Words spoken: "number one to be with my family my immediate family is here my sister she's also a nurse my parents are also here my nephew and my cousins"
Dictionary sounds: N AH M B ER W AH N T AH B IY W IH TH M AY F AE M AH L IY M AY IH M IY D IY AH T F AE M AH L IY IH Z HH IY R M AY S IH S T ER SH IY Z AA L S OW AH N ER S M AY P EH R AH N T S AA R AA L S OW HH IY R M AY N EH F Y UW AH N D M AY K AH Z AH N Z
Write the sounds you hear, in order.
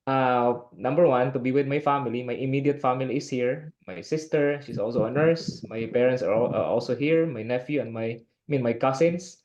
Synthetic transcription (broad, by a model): N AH M B ER W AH N T AH B IY W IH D M AY F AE M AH L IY M AY IH M IY D IY AH T F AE M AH L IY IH S HH IY R M AY S IH S T ER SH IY S AA L S OW AH N ER S M AY P EH R AH N T S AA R AA L S OW HH IY R M AY N EH F Y UW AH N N M AY K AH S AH N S